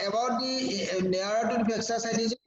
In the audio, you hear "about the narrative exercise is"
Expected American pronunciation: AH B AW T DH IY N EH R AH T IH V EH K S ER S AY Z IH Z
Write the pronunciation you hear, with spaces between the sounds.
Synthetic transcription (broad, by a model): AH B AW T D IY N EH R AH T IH B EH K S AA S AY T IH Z